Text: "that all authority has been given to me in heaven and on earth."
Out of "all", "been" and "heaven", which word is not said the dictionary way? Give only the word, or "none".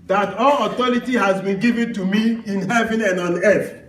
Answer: none